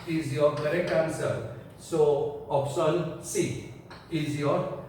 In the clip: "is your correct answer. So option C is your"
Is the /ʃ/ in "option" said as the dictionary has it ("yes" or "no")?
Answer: no